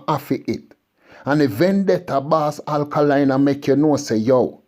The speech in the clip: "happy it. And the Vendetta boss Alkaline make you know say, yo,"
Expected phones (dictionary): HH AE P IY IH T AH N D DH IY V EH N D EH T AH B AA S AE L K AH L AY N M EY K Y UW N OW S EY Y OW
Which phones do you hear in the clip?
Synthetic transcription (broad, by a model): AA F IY IH T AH N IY V EH N D EH T AH B AA S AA L K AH L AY N M EY K Y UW N OW S EY Y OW